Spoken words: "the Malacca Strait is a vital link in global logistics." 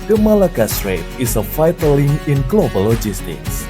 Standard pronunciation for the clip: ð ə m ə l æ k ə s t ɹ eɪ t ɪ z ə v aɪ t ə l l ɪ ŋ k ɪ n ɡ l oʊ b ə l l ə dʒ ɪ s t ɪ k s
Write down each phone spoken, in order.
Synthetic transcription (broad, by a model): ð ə m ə l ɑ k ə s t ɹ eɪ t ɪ s ə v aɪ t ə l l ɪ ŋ ɪ n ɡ l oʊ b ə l l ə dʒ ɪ s t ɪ k s